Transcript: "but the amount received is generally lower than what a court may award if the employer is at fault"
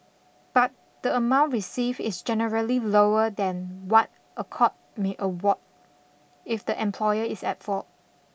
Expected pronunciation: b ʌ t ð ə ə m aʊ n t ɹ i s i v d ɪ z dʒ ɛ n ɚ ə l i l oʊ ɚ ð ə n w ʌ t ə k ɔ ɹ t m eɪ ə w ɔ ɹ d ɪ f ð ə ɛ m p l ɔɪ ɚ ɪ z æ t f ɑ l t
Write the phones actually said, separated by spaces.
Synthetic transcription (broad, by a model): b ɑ t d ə ə m aʊ n t ɹ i s i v ɪ s dʒ ɛ n ɚ ə l i l oʊ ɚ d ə n w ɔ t ə k ɔ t m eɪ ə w ɔ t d ɪ f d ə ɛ m p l ɔɪ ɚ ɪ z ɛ t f ɑ t